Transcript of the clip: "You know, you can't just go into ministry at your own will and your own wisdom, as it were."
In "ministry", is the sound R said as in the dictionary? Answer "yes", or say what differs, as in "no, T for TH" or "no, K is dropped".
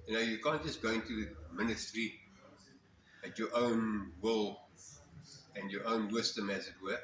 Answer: yes